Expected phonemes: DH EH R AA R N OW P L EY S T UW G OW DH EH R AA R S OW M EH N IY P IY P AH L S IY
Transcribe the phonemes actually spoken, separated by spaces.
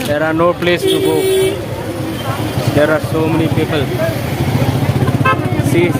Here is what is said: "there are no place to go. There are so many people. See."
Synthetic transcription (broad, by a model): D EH R AA R N OW P L EY S T UW G OW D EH R AA R S OW M EH N IY P IY P AH L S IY